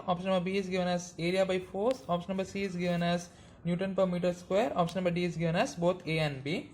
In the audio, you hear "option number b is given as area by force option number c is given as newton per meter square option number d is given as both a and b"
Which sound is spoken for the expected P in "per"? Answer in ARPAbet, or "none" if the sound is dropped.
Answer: P